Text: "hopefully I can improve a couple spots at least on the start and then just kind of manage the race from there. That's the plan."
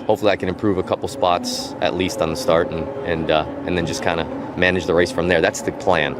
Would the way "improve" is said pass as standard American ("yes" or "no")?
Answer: yes